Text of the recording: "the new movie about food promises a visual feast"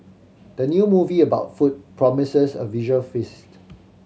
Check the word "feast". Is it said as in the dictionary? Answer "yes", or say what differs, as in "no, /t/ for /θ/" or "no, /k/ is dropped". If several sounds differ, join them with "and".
yes